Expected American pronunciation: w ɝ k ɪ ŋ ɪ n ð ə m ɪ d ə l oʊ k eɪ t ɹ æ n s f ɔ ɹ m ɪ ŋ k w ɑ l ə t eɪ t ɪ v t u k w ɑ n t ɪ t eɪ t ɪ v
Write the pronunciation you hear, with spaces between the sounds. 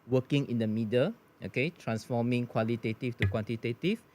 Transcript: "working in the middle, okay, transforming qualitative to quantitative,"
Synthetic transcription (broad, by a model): w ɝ k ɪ ŋ ɪ n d ə m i d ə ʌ oʊ k eɪ t ɹ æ n s f ɔ m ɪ ŋ k w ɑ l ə t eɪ t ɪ f t u k w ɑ n t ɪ t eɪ t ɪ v